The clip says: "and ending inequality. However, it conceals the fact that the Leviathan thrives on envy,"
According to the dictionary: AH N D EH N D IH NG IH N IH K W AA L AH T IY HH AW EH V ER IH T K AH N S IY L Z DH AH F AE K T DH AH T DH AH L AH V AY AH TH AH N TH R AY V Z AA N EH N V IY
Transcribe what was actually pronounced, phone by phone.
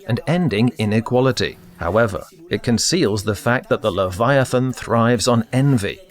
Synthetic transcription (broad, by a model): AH N EH N D IH NG IH N IH K W AA L AH T IY HH AW EH V ER IH T K AH N S IY L Z DH AH F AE K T DH AH T DH AH L AH V AY AH TH AH N TH R AY V Z N EH N V IY